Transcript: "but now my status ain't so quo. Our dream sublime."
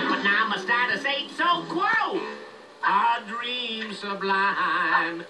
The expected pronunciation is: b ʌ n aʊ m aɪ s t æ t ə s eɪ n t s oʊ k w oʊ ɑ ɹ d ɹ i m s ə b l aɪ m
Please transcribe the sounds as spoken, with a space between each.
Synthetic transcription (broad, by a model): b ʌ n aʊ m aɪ s t æ t ə s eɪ t s oʊ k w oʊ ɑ d ɹ i m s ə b l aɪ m